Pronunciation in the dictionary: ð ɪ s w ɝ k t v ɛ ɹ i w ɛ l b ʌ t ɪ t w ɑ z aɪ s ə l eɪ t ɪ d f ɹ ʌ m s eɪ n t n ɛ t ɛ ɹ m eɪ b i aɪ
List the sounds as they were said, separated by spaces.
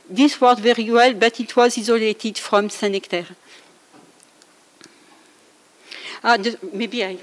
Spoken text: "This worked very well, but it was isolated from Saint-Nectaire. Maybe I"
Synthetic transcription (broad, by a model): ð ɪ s w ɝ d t v ɛ ɹ i w ɛ l b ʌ t ɪ t w ɑ z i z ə l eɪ t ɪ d f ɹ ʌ m s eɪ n n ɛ t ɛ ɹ m eɪ b i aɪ